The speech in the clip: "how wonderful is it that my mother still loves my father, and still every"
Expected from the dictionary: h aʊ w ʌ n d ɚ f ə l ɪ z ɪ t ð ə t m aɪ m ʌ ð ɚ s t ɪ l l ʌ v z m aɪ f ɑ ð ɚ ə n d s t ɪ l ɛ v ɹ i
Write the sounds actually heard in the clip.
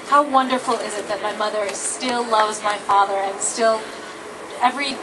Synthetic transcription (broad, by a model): h aʊ w ʌ n d ɚ f l ɪ z ɪ t ð ə t m aɪ m ʌ ð ɚ s t ɪ l l ʌ v z m aɪ f ɑ ð ɚ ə n s t ɪ l ɛ v ɹ i